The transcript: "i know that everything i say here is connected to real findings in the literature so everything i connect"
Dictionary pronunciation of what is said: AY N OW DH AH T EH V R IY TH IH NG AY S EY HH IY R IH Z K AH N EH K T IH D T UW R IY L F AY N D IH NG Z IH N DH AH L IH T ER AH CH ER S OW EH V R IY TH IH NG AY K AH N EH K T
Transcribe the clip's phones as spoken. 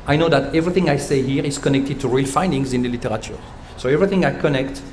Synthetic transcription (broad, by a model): AY N OW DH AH T EH V R IY TH IH NG AY S EY HH IY R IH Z K AH N EH K T IH D T UW R IY L F AY N D IH NG Z IH N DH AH L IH T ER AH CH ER S OW EH V R IY TH IH NG AY K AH N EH K T